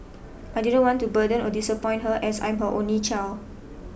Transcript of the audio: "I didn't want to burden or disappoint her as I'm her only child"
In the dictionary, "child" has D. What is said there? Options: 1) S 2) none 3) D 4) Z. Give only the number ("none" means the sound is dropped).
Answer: 2